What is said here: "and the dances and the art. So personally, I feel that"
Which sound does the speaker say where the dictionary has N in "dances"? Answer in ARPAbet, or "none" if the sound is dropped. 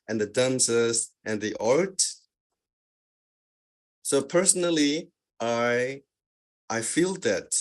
N